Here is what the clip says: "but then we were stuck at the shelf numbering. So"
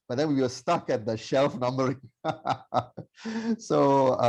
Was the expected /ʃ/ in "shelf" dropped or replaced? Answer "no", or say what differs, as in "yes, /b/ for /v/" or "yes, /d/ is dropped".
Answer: no